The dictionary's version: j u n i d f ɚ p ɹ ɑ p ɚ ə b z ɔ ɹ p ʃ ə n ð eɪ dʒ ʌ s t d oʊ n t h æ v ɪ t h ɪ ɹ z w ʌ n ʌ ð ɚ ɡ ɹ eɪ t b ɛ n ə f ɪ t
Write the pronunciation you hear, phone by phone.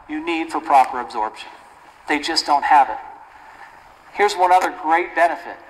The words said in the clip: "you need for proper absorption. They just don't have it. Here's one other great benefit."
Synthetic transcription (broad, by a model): j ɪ n i d f ɚ p ɹ ɑ p ɚ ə b z ɔ ɹ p ʃ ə n ð eɪ dʒ ʌ s d oʊ n t h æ v ɪ t h ɪ ɹ z w ʌ n ʌ ð ɚ ɡ ɹ eɪ t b ɛ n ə f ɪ t